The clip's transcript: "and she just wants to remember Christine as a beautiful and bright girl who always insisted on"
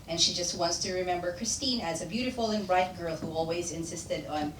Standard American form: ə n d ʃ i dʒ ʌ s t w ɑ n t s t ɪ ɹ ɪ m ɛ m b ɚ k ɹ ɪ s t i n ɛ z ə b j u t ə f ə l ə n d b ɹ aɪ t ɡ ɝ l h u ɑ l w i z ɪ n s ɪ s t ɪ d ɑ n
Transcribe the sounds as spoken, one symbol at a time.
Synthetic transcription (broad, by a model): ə n ʃ i dʒ ʌ s t w ɑ n t s t ɪ ɹ ɪ m ɛ m b ɚ k ɹ ɪ s t i n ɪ z ə b j u t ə f l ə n b ɹ aɪ t ɡ ɝ l h u ɑ l w i z ɪ n s ɪ s t ɪ d n